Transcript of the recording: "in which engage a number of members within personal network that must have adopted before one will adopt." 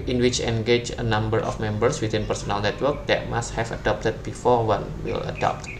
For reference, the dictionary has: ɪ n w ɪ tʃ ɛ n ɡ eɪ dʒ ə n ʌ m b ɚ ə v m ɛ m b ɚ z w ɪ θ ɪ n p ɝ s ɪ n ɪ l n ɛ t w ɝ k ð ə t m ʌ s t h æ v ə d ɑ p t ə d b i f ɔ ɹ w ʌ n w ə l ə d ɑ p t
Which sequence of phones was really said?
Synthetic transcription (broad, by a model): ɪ n w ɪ tʃ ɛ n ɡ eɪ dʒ ə n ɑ m b ɚ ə f m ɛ m b ɚ s w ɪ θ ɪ n p ɝ s ɪ n ɪ l n ɛ t w ɝ k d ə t m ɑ s t h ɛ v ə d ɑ p t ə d b i f ɔ ɹ w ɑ n w ə l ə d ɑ p t